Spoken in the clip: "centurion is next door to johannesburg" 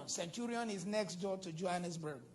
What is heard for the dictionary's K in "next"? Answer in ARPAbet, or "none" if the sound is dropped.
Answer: K